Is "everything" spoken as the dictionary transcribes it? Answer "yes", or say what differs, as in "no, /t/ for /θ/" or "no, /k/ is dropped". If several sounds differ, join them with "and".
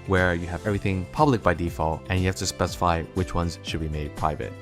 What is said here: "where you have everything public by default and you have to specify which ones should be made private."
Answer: yes